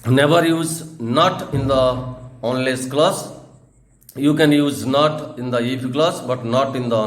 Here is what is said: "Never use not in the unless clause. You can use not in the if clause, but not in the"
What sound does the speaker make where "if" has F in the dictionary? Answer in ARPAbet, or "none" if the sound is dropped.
P